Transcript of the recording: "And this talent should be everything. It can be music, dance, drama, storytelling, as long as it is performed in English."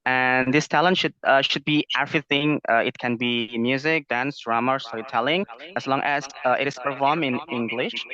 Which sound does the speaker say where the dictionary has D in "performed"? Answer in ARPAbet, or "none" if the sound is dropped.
none